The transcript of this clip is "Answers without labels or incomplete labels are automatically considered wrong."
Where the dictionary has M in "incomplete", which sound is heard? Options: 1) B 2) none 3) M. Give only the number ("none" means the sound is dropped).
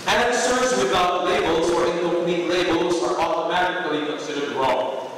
2